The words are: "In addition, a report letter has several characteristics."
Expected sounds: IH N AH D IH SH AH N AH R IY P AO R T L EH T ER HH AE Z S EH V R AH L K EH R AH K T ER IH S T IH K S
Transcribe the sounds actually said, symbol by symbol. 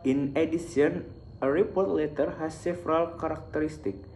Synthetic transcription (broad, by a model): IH N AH D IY S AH N AH R IY P AO R T L EH T ER HH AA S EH F R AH L K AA R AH K T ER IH S T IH K